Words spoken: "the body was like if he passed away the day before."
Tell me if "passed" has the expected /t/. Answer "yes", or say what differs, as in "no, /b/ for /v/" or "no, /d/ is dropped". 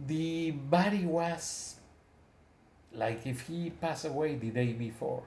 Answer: no, /t/ is dropped